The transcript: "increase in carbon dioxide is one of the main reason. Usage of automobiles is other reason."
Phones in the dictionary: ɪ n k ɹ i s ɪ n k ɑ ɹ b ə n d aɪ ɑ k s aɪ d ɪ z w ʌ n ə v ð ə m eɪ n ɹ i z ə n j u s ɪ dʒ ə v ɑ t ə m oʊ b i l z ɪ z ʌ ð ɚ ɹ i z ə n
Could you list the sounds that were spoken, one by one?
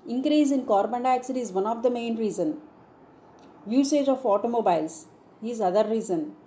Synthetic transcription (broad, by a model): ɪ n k ɹ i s ɪ n k ɑ ɹ b ə n d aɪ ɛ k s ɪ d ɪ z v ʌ n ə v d ə m eɪ n ɹ i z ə n j u s ɪ dʒ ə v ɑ t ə m oʊ b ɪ l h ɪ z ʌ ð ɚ ɹ i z ə n